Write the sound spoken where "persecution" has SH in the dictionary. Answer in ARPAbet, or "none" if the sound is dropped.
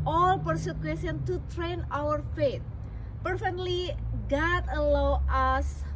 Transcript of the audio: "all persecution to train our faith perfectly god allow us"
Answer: S